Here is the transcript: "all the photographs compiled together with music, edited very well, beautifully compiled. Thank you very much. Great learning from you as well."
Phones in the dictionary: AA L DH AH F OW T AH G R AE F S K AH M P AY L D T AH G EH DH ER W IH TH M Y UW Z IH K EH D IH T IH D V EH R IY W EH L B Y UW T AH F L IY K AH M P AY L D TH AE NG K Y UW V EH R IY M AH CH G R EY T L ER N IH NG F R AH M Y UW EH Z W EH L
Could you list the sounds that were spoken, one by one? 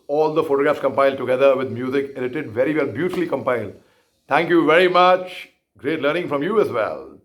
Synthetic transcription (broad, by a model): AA L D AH F OW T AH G R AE F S K AH M P AY L D T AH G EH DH ER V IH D M Y UW Z IH K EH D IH T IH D V EH R IY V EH L B Y UW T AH F L IY K AH M P AY L D T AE NG K Y UW V EH R IY M AH CH G R EY T L ER N IH NG F R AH M Y UW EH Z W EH L